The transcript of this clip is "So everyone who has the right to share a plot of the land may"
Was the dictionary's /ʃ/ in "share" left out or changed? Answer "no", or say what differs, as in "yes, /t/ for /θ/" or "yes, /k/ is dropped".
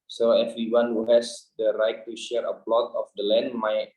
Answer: no